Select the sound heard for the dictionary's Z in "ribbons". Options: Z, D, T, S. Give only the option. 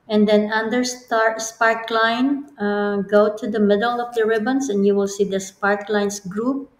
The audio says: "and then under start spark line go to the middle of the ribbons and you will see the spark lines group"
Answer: S